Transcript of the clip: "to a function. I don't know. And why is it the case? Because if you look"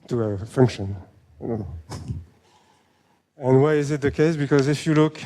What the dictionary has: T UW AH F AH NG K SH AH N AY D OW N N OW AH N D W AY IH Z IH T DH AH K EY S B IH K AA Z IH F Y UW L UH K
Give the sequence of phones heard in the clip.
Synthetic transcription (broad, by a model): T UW AH F AH NG K SH AH N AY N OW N N OW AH N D W AY IH Z IH T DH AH K EY S B IH K AA Z IH F Y UW L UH K